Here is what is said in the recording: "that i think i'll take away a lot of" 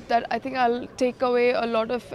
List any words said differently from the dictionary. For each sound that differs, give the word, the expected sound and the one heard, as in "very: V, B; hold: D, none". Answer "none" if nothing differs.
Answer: think: TH, T